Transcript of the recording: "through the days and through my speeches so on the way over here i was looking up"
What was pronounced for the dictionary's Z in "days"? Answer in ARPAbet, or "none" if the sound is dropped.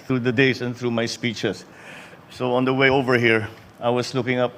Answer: S